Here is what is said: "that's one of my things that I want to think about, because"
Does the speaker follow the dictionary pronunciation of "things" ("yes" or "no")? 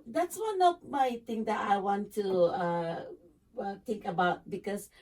no